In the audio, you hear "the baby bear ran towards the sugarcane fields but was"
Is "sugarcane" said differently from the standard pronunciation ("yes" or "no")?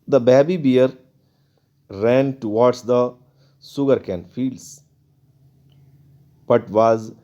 yes